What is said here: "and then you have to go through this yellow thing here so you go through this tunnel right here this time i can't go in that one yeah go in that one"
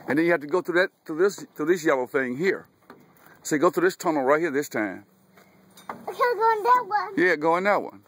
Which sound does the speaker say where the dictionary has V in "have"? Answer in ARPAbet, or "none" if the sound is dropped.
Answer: F